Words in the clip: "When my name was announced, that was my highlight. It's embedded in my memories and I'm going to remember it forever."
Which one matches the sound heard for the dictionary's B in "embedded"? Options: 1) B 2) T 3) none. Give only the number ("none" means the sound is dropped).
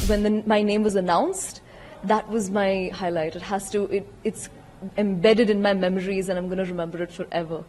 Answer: 1